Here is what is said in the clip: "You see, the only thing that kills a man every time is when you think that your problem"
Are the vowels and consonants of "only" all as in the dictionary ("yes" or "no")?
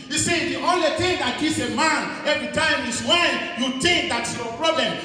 yes